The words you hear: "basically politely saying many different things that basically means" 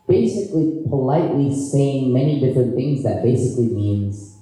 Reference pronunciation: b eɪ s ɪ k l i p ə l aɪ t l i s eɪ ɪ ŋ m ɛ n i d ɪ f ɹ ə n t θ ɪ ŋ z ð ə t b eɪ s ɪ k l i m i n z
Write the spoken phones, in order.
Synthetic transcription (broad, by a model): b eɪ s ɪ k l i p ə l aɪ t l i s eɪ ɪ ŋ m ɛ n i d ɪ f ɹ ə n θ ɪ ŋ z ð ə t b eɪ s ɪ k l i m i n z